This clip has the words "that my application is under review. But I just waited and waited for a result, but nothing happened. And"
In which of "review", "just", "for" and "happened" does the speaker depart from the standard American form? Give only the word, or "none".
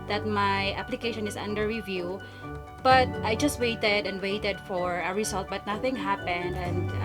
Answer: none